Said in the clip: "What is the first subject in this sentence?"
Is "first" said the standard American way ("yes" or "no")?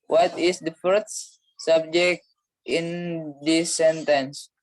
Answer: no